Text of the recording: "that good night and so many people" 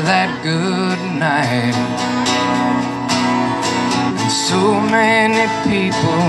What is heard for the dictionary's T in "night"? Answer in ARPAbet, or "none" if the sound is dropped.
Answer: none